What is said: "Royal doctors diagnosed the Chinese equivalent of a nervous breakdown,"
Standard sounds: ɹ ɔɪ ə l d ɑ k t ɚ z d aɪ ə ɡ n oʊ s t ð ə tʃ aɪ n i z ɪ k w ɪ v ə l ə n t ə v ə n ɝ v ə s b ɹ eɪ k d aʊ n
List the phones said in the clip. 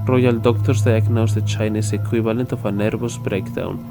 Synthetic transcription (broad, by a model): ɹ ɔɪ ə l d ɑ k t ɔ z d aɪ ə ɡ n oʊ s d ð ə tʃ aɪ n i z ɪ k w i b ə l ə n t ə f ə n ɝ b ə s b ɹ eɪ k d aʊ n